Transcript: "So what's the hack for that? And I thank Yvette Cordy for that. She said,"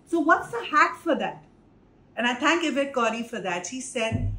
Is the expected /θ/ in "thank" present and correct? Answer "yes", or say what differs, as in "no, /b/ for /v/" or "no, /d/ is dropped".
no, /t/ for /θ/